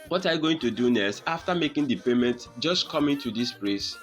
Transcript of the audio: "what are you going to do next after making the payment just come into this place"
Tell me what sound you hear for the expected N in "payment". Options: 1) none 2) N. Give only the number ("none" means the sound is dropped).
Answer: 2